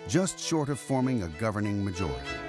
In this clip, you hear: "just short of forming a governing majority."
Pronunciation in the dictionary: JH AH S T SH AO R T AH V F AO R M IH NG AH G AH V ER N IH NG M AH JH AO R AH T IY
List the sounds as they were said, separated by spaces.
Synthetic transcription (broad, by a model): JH AH S T SH AO R T AH V F AO R M IH NG AH G AH V ER N IH NG M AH JH AO R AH T IY